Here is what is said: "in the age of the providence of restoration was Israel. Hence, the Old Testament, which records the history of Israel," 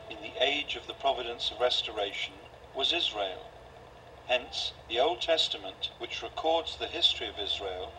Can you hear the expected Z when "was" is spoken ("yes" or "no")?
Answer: yes